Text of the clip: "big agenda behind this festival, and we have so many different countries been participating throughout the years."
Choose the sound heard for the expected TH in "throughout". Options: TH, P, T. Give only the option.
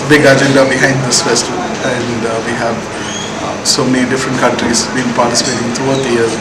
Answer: T